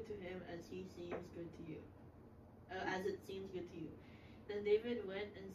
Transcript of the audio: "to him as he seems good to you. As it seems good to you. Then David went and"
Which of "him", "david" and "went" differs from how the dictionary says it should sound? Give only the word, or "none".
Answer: none